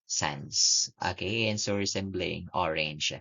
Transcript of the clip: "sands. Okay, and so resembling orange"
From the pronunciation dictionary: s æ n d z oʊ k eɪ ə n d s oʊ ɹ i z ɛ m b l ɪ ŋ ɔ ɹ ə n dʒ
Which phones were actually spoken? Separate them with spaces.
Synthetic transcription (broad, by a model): s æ n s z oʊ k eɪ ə n s oʊ ɹ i s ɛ m b l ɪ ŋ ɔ ɹ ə n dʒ